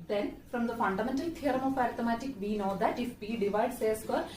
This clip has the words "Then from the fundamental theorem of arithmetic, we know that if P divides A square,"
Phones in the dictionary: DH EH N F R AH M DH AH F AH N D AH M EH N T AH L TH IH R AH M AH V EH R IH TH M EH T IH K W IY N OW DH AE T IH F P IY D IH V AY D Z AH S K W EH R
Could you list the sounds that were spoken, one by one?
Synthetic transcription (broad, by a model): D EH N F R AH M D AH F AH N D AH M EH N T AH L T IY R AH M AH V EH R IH M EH T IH K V IY N OW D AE T IH F B IY D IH V AY D S AH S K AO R